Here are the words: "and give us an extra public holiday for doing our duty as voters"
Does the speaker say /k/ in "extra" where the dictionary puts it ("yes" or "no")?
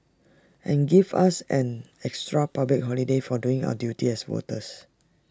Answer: yes